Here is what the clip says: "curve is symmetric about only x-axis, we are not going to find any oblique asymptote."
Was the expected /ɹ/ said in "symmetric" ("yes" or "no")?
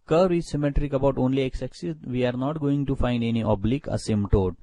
yes